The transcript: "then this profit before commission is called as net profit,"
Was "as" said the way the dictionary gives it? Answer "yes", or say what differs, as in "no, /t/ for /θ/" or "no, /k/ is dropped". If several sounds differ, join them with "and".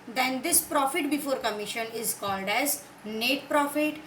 yes